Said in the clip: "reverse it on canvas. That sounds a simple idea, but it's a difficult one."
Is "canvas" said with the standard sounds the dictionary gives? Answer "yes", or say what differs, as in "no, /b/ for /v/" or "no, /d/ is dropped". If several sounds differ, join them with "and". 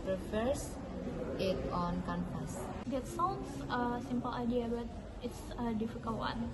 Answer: no, /p/ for /v/